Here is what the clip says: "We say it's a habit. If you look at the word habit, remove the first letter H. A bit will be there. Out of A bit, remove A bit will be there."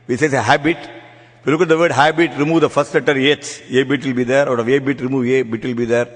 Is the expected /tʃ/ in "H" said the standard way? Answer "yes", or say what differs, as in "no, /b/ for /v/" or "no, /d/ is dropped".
no, /s/ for /tʃ/